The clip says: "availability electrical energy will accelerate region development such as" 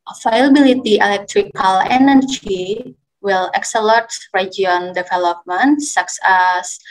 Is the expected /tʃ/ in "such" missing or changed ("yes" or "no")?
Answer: yes